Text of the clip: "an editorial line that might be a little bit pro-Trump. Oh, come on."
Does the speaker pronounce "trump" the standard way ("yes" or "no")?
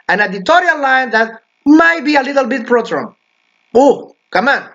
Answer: no